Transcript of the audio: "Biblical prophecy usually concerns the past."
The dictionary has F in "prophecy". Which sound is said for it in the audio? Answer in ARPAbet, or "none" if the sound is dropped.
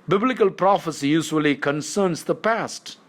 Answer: F